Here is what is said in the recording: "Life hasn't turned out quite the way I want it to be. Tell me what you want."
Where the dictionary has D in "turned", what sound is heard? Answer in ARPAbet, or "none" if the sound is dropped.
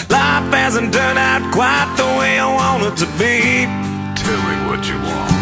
none